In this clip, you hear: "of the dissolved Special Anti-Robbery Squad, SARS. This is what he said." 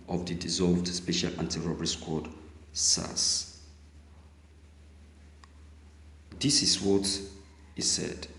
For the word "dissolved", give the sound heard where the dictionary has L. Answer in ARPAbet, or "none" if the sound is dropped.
L